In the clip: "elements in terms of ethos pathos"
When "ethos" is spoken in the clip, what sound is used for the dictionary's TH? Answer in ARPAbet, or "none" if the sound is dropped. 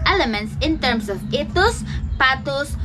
T